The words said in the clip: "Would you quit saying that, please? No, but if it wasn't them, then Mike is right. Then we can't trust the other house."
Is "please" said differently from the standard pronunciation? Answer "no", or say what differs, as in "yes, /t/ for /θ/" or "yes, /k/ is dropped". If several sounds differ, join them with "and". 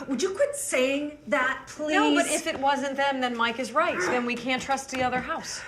yes, /z/ is dropped